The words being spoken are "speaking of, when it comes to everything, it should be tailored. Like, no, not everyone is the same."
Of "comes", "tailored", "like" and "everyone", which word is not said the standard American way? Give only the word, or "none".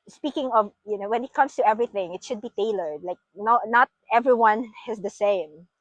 comes